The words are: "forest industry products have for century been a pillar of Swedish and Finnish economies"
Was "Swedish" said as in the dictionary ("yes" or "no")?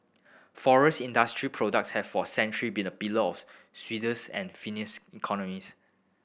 no